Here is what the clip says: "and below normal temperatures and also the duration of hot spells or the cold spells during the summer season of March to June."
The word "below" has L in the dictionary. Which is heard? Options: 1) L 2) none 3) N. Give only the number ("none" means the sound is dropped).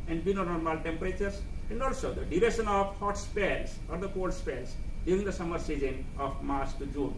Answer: 3